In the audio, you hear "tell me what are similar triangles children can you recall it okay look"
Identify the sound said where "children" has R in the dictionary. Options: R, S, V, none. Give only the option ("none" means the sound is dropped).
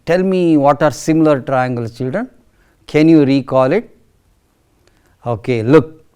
R